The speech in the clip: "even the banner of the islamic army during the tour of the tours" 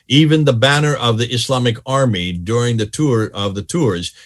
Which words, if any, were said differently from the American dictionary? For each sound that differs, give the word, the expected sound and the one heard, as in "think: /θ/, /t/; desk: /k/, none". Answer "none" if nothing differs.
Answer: islamic: /z/, /s/